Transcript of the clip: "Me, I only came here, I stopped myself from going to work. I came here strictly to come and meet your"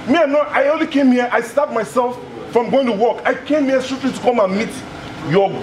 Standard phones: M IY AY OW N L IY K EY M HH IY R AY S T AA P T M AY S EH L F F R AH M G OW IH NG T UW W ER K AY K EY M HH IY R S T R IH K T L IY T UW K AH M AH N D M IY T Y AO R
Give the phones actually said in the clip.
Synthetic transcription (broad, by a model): M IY AY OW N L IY K EY M HH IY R AY S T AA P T M AY S EH L F F R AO M G OW IH NG T UW W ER K AY K EY M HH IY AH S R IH T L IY T UW K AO M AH N M IY T Y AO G